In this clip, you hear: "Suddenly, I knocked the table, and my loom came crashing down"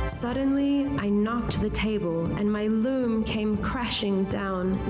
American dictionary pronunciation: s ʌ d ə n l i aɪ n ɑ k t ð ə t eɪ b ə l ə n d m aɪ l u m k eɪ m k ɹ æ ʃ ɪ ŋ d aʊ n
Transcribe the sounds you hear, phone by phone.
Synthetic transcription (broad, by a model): s ʌ d n l i aɪ n ɑ k t ð ə t eɪ b ə l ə n m aɪ l u m k eɪ m k ɹ æ ʃ ɪ ŋ d aʊ n